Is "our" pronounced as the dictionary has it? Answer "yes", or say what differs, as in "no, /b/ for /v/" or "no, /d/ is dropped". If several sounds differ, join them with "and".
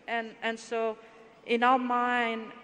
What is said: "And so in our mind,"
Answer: no, /l/ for /ɹ/